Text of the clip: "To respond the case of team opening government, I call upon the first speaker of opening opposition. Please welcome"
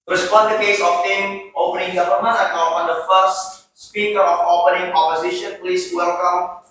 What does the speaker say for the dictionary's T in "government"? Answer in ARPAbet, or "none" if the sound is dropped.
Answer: none